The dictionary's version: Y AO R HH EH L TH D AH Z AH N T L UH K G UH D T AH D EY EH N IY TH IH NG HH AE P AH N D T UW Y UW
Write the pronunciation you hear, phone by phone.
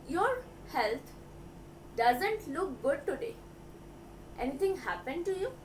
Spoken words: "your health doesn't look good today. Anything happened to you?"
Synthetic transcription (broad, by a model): Y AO R HH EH L T D AH Z AH N T L UH K G UH D T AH D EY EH N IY T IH NG HH AE P AH N D T UW Y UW